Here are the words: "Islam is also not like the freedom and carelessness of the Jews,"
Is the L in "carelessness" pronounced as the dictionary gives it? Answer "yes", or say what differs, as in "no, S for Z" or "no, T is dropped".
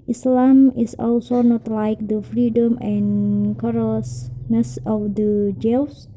no, L is dropped